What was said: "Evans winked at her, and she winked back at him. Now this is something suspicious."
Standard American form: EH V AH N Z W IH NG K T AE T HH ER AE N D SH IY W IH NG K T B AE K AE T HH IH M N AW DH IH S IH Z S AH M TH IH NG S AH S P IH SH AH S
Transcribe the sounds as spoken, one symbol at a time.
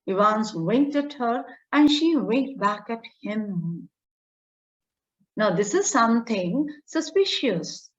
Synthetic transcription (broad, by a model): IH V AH N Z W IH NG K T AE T HH ER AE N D SH IY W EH K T B AE K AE T HH IH M N AW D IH S IH Z S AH M T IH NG S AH S P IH SH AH S